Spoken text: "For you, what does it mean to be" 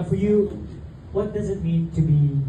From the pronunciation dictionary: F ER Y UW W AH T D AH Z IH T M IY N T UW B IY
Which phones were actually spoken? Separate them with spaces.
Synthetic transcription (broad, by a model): F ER Y UW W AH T D AH Z IH T M IY N T UW B IY